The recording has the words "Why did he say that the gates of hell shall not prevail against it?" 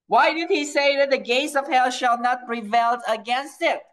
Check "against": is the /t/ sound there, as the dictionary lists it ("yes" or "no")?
yes